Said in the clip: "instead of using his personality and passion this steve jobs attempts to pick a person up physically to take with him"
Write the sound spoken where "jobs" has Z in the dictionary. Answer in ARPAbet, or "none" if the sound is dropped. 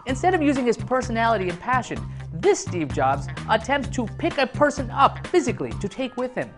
Z